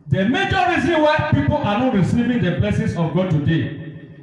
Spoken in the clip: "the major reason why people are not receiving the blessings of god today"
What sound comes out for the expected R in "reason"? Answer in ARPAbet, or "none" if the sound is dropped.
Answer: R